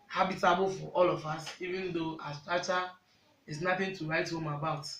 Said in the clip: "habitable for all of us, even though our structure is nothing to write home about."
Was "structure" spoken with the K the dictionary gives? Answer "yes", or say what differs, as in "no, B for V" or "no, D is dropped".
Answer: no, K is dropped